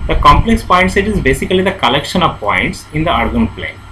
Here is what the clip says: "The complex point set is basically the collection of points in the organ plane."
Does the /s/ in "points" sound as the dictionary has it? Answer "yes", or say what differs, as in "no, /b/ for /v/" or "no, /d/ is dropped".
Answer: yes